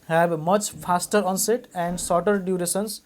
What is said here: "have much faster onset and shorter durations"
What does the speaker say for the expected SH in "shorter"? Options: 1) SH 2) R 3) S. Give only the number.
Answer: 3